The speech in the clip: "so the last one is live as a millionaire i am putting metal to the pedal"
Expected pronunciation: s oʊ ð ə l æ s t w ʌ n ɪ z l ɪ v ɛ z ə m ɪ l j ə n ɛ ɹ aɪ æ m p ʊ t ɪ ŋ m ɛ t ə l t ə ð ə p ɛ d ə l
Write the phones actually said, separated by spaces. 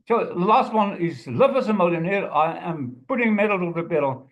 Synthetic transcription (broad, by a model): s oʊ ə l æ s t w ʌ n ɪ z l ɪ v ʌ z ə m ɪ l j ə n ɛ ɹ aɪ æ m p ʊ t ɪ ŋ m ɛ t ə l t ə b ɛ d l